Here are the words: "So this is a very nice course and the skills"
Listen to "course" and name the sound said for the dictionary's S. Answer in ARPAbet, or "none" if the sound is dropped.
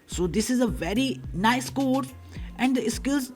none